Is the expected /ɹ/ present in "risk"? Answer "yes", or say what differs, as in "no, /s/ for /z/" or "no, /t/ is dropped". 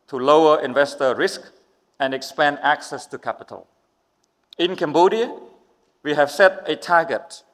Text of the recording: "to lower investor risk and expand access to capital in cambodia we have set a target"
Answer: yes